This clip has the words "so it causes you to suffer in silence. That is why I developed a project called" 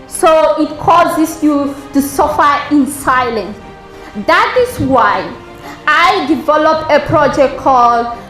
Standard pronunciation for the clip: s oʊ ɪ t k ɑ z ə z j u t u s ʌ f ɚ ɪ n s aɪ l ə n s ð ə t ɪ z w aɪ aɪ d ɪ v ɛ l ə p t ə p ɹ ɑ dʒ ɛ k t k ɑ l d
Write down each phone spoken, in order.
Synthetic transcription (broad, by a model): s oʊ ɪ t k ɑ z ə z j u t u s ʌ f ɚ ɪ n s aɪ l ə n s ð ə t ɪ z w aɪ aɪ d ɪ v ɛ l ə p ə p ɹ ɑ dʒ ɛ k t k ɑ l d